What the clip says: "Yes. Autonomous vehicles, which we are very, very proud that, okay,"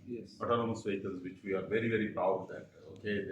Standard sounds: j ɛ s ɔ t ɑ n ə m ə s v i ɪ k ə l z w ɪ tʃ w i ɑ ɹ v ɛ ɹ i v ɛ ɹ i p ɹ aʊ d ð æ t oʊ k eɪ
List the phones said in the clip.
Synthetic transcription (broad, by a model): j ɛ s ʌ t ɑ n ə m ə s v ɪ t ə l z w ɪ tʃ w i ɑ ɹ v ɛ ɹ i v ɛ ɹ i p aʊ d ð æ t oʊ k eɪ